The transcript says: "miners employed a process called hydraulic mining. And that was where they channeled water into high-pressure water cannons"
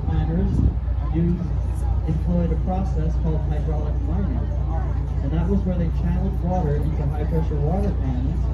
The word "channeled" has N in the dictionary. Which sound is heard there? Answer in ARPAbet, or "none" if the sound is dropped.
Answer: none